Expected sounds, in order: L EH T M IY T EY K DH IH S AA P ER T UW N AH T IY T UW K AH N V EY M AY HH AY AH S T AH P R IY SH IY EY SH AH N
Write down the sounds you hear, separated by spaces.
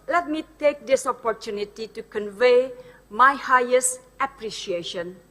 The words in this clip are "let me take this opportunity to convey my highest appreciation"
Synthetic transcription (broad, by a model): L EH T M IY T EY K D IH S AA P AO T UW N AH T IY T UW K AH N V EY M AY HH AY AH S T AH P R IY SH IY EY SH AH N